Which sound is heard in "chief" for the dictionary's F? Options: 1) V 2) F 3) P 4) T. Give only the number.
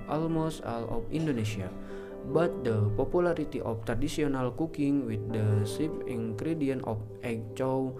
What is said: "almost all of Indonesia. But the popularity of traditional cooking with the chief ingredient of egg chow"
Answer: 3